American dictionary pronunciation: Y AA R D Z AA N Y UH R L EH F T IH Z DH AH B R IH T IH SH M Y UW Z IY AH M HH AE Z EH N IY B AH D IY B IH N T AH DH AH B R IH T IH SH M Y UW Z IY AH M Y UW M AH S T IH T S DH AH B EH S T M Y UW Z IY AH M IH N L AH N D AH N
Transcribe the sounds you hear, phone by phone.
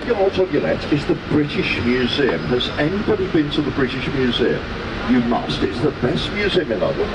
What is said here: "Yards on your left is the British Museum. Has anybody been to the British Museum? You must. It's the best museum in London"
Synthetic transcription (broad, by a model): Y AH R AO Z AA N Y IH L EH T IH Z DH AH B R IH T IH SH M Y UW Z IY AH M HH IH Z EH N IY B AH D IY B IH N T AH DH AH B R IH T IH SH M Y UW Z IY AH M Y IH M AH S T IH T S DH AH B EH S T M Y UW Z IY AH M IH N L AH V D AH